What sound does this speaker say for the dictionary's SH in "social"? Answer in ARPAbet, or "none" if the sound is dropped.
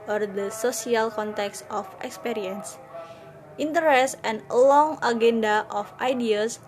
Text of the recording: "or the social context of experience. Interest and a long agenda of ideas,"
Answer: S